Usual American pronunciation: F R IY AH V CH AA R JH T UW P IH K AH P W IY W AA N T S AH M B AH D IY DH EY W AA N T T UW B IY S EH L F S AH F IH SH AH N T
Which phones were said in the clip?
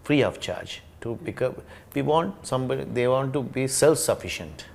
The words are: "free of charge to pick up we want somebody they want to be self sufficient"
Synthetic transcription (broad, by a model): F R IY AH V CH AA R JH T UW B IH K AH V IY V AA N T S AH M B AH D EY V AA N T T UW B IY S EH L F S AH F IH SH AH N T